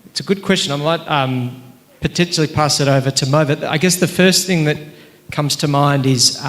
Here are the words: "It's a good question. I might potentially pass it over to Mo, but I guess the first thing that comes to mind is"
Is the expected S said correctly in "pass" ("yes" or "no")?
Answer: yes